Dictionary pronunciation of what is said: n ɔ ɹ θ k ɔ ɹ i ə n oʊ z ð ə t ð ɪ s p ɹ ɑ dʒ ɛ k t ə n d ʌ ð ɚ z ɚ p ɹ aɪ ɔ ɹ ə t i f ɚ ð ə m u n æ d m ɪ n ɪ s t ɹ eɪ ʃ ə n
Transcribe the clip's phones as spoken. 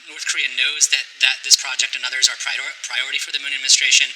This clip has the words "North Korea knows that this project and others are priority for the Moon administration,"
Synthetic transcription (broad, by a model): n ɔ ɹ θ k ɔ ɹ i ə n oʊ z ð ə t ð ɪ s p ɹ ɑ dʒ ɛ k t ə n ʌ ð ɚ z ɚ p ɹ aɪ ɔ ɹ ə t i f ɚ ð ə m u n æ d m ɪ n s t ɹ eɪ ʃ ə n